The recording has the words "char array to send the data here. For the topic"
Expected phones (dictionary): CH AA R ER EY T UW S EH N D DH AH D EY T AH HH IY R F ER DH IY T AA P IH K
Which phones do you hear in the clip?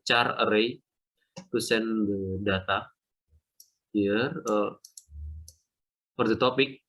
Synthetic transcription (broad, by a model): CH AA R ER EY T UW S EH N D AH D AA T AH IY R P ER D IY T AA P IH K